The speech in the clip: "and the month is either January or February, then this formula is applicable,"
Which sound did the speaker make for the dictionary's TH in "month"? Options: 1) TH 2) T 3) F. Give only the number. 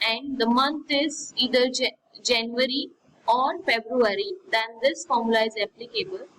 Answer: 2